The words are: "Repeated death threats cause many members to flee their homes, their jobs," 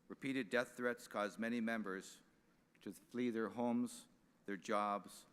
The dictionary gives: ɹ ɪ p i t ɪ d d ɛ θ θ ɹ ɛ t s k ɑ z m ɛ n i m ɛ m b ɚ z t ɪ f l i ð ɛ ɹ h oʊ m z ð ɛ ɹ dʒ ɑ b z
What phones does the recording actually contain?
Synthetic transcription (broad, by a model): ɹ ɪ p i t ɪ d d ɛ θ θ ɹ ɛ t s k ɑ z m ɛ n i m ɛ m b ɚ z t ɪ f l i ð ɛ ɹ h oʊ m z ð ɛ ɹ dʒ ɑ b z